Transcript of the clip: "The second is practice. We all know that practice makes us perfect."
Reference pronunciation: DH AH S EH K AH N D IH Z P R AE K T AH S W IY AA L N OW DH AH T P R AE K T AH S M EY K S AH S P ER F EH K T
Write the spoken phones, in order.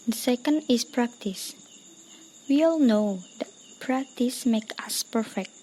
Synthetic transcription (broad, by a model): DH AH S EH K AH N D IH S P R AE K T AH S W IY AA L N OW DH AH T P R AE K T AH S M EY K AH S P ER F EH K T